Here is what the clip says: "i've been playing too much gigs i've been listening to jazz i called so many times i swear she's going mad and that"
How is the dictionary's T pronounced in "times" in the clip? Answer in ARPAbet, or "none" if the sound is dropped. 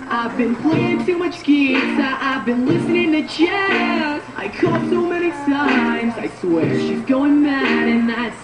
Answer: S